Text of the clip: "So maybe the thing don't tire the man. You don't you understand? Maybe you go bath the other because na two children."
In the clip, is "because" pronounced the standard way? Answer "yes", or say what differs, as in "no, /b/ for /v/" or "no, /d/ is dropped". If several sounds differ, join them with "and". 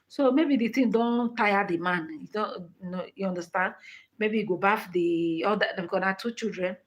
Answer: no, /z/ is dropped